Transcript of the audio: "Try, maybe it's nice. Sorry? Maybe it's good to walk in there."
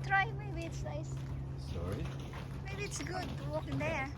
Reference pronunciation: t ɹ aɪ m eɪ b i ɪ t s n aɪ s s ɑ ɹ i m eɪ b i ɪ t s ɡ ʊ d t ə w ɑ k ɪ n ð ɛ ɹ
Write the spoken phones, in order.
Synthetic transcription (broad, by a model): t ɹ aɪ m eɪ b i ɪ t s l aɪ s s ɑ ɹ i m eɪ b i ɪ t s ɡ ʊ d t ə w ɑ k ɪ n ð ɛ